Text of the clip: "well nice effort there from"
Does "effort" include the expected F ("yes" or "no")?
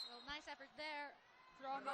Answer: yes